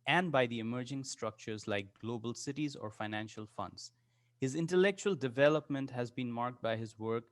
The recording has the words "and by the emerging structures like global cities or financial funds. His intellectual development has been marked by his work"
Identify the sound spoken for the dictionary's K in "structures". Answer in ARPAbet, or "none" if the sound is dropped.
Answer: K